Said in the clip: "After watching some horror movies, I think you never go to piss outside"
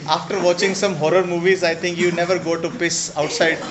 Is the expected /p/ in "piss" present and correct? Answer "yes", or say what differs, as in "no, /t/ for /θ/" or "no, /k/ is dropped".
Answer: yes